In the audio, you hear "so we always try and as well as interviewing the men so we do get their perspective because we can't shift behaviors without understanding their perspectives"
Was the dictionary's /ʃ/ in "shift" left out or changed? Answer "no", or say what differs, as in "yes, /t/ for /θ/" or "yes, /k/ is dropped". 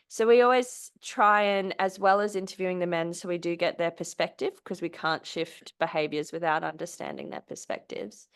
no